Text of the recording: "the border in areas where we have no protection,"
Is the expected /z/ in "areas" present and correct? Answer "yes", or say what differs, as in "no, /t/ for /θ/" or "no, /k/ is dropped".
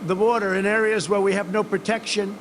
yes